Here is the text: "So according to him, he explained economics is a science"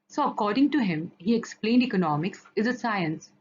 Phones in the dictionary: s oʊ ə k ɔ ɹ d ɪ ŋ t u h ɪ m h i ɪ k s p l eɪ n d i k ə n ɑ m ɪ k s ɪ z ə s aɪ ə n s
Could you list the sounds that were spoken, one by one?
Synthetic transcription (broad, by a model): s oʊ ə k ɔ ɹ d ɪ ŋ t u h ɪ m h i ɪ k s p l eɪ n d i k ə n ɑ m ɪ k s ɪ z ə s aɪ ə n s